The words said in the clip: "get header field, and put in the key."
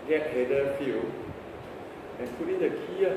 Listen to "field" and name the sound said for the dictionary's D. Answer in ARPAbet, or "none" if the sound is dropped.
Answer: none